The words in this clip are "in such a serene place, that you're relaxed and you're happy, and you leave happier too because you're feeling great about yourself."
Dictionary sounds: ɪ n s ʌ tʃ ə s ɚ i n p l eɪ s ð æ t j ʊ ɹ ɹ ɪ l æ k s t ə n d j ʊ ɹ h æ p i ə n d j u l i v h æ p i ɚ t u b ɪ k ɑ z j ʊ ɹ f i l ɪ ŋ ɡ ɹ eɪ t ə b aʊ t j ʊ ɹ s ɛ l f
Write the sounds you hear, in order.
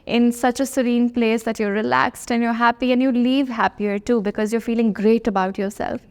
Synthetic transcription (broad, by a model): ɪ n s ʌ tʃ ə s ɚ i n p l eɪ s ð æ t j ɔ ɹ ɹ ɪ l æ k s t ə n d j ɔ ɹ h æ p i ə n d j u l i v h æ p i ɚ t u b ɪ k ɑ z j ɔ ɹ f i l ɪ ŋ ɡ ɹ eɪ t ə b aʊ t j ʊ ɹ s ɛ l f